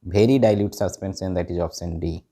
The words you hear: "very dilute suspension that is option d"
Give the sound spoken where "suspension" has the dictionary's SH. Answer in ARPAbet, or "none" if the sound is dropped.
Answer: S